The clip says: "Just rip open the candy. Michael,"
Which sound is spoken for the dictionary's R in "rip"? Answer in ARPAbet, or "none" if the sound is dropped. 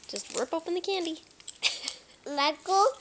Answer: W